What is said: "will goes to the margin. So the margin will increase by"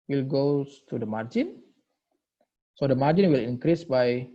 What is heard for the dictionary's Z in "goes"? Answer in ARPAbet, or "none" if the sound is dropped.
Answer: none